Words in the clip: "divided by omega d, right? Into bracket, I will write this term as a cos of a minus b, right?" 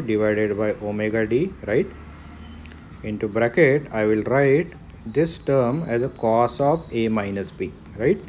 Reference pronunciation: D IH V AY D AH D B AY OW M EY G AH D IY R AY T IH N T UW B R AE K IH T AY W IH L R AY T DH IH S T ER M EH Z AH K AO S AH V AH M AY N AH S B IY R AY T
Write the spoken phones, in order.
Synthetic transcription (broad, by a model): D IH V AY D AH D B AY OW M EY G AH D IY R AY T IH N T UW B R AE K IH T AY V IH L R AY T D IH S T ER M EH Z AH K AO S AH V AH M AY N AH S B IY R AY T